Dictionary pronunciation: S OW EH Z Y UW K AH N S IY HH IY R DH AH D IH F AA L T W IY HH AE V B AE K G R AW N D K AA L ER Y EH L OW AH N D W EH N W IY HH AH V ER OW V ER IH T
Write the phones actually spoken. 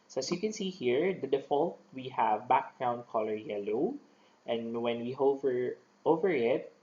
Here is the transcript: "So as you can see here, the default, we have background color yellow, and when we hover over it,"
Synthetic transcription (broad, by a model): S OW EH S Y UW K AH N S IY HH IY R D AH D IH F AA L T W IY HH AE V B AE K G R AW N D K AA L ER Y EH L OW AH N D W EH N W IY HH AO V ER OW V ER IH T